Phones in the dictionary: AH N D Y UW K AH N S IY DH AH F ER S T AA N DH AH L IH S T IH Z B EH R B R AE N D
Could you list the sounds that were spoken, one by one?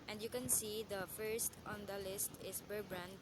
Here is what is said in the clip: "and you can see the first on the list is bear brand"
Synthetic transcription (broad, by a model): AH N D Y UW K AH N S IY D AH F ER S T AA N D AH L IH S T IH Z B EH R B R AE N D